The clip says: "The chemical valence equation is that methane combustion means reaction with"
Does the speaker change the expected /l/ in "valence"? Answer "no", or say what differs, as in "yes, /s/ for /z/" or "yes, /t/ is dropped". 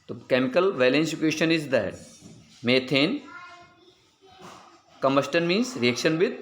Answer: no